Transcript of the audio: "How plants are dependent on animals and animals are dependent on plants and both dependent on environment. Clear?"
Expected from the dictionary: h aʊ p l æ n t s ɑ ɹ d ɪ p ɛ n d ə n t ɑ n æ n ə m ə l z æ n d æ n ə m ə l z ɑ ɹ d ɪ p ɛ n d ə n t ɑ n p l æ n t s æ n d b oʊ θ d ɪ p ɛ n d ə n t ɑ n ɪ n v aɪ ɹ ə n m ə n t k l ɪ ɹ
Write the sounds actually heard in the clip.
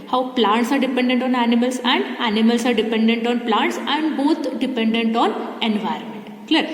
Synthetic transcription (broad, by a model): h aʊ p l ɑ n t s ɑ ɹ d ɪ p ɛ n d ə n t ɑ n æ n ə m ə l s æ n d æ n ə m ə l s ɑ ɹ d ɪ p ɛ n d ə n t ɑ n p l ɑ n t s æ n d b oʊ t d ɪ p ɛ n d ə n t ɑ n ɪ n v aɪ ɹ ə n m ə n t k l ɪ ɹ